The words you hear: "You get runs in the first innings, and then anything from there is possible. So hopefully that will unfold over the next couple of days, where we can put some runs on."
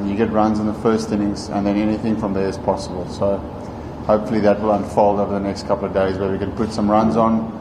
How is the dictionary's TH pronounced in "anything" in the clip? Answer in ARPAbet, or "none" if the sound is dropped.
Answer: TH